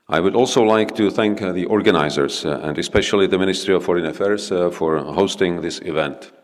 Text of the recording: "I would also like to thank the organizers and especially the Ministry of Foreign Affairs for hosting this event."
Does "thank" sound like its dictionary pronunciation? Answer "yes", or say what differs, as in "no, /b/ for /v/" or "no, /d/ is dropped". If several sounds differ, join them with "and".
yes